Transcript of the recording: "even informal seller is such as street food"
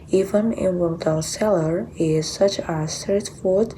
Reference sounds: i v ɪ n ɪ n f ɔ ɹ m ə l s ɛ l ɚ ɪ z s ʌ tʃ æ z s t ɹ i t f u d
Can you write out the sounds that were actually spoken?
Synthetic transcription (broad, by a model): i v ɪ n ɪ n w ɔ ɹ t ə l s ɛ l ɚ ɪ z s ʌ tʃ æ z s t ɹ i t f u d